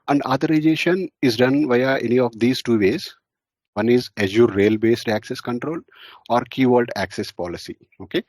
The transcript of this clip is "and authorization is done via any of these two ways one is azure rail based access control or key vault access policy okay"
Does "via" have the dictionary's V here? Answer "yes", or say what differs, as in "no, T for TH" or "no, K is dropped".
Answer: yes